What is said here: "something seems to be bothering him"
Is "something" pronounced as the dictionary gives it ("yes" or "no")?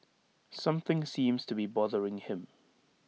yes